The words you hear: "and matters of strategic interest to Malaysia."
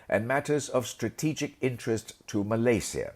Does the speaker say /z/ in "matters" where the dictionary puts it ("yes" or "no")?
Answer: yes